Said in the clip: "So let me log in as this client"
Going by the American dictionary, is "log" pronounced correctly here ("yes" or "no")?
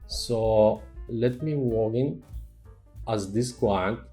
no